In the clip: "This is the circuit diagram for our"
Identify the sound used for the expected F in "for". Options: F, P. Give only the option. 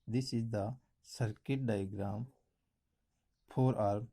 P